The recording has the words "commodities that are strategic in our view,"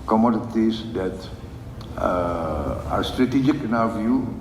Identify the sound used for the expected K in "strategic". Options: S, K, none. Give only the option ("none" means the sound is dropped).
K